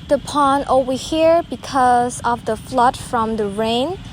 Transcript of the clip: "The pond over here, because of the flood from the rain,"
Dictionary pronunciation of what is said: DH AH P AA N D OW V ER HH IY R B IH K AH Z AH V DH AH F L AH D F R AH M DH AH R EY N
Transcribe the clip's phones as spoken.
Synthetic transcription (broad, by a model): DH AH P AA N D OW IY HH IY R B IH K AH Z AH V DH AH F L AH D F R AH M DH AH R EY N